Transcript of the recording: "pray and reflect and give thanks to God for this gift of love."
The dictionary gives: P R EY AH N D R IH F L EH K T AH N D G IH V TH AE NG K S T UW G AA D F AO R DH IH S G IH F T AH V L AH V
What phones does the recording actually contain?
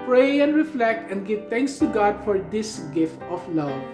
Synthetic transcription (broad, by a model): P R EY AH N D R IH F L EH K T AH N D G IH V T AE NG K S T UW G AA D F AO R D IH S G IH F T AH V L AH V